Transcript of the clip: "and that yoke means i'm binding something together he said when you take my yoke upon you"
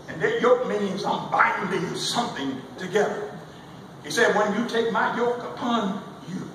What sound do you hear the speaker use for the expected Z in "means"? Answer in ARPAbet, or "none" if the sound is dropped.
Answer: Z